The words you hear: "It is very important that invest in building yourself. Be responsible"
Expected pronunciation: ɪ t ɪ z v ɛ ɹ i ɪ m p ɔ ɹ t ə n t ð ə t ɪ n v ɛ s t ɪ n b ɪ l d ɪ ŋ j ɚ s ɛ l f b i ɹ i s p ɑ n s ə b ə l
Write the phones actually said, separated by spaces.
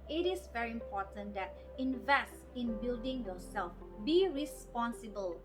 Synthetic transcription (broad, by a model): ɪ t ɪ s v ɛ ɹ i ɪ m p ɔ t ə n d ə t ɪ n v ɛ s t ɪ n b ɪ l d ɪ ŋ j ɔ s ɛ l f b i ɹ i s p ɑ n s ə b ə l